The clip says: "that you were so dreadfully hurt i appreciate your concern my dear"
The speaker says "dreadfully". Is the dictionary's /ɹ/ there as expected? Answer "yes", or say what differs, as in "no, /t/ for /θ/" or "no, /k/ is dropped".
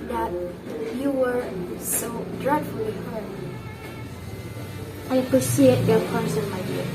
yes